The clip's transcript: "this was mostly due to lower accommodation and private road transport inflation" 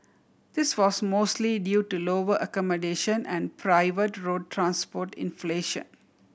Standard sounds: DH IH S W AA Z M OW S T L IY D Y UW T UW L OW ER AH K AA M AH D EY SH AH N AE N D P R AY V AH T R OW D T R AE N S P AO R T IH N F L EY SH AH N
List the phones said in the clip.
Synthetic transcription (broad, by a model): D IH S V AA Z M OW S T L IY D Y UW T UW L OW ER AH K AA M AH D EY SH AH N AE N D P R AY V AH T R OW D T R AE N S P AO R T IH N F L EY SH AH N